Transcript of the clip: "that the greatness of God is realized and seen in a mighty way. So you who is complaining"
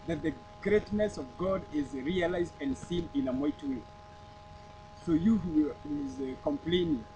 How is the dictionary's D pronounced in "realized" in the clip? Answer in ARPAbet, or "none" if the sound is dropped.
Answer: D